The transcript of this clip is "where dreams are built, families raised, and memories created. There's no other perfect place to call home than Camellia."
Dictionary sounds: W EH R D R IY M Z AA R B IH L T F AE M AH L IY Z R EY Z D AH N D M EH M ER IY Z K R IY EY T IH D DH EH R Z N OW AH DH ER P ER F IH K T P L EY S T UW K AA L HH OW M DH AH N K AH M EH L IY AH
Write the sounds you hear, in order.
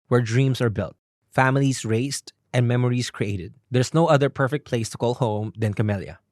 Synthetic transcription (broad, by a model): W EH R D R IY M S AA R B IH L T F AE M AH L IY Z R EY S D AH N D M EH M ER IY S K R IY EY T IH D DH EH R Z N OW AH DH ER P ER F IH K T P L EY S T UW K AA L HH OW M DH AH N K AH M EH L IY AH